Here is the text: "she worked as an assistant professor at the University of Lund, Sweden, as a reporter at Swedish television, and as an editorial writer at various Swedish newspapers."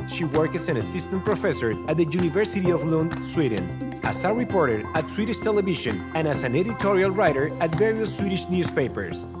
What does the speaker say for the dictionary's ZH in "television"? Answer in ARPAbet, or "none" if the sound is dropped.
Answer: SH